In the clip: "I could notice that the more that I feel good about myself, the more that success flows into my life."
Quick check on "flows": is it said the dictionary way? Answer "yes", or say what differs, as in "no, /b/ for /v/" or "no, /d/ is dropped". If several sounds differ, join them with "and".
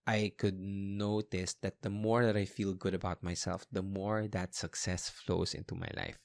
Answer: no, /s/ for /z/